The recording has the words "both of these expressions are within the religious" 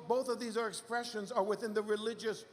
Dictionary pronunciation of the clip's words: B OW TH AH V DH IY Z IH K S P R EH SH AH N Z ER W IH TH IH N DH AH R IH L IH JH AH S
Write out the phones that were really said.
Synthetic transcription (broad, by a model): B OW TH AH V DH IY Z IH K S P R EH SH AH N Z ER W IH TH IH N DH AH R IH L IH JH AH S